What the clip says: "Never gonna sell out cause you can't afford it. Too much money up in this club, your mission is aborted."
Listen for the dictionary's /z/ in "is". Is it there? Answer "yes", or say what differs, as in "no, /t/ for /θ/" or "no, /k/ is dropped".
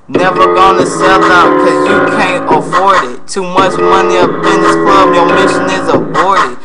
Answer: yes